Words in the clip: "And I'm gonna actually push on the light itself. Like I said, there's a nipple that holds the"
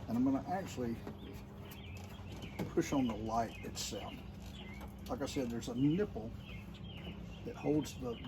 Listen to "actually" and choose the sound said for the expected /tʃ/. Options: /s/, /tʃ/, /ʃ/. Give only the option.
/tʃ/